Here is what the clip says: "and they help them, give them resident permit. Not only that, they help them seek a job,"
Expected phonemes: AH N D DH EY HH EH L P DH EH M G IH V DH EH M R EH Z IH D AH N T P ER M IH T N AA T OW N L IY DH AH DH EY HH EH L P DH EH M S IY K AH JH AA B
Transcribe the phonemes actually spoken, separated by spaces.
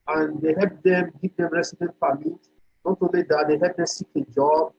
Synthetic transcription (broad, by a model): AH N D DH EY HH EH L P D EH M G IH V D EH M R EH S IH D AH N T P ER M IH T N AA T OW L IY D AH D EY HH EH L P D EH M S IY K AH JH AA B